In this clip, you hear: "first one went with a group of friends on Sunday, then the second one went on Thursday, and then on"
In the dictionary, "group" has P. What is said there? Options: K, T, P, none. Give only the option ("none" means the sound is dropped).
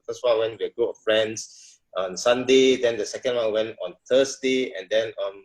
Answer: none